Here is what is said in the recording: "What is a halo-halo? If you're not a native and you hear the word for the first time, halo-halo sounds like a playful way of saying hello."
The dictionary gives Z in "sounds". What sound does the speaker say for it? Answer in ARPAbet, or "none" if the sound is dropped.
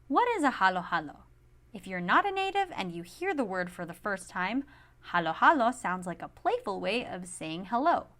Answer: Z